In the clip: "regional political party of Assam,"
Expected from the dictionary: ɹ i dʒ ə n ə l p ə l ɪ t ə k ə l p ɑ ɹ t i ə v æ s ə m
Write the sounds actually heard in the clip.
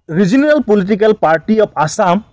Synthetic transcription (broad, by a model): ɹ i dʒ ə n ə l p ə l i t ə k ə l p ɑ ɹ t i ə p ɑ s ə m